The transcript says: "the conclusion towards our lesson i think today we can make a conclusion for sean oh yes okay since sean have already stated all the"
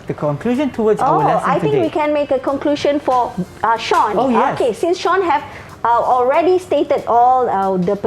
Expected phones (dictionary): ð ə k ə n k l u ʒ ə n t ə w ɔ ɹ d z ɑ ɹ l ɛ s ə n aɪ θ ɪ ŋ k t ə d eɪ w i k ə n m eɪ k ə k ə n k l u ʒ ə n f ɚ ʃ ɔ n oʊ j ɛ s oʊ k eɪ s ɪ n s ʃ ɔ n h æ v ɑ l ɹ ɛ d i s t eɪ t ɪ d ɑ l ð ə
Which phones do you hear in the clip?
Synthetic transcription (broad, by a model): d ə k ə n k l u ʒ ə n t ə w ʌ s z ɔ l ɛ ə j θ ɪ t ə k w i k ə n m eɪ k ə k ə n k l u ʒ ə n f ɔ ʃ ɔ n oʊ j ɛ oʊ k eɪ s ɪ n s ʃ ɔ n h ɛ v ɑ l ɹ ɛ d i s t eɪ t ɪ d ɑ l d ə